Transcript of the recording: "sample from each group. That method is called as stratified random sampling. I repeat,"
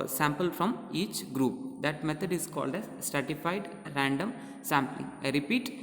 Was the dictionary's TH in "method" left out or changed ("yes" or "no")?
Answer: yes